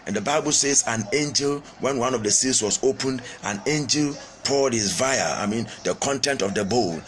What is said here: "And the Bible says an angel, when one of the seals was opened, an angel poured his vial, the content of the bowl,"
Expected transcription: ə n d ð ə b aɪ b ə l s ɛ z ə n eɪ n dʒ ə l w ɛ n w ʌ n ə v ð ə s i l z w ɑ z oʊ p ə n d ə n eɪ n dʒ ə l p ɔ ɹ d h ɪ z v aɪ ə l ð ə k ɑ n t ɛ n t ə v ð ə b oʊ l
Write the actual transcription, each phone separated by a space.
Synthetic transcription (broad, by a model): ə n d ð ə b aɪ b ə l s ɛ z ə n eɪ n dʒ ə l w ɛ n w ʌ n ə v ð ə s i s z w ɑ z oʊ p ə n d ə n eɪ n dʒ ə l p ɔ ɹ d h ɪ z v aɪ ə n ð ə k ɑ n t ɛ n t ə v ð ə b oʊ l